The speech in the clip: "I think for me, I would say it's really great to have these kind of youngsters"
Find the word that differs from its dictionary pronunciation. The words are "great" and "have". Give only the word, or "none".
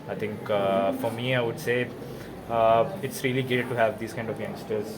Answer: great